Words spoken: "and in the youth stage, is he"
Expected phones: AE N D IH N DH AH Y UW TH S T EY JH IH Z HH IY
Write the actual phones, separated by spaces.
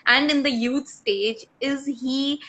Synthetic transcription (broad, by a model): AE N D IH N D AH Y UW T S T EY JH IH Z HH IY